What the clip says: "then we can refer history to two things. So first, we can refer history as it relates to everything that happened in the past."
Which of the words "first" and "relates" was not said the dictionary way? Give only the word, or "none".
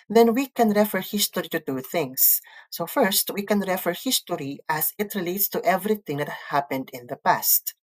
none